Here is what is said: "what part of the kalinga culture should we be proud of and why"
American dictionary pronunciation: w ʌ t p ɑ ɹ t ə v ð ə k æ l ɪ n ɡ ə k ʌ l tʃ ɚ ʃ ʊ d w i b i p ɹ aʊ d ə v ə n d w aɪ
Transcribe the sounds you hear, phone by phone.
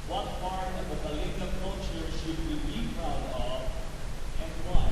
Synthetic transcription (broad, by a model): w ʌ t f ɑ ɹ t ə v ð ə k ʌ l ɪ ɡ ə k ʌ l tʃ ɚ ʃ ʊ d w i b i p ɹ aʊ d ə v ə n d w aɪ